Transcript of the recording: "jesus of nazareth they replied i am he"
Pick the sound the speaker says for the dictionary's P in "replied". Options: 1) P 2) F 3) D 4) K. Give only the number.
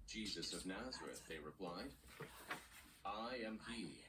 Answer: 1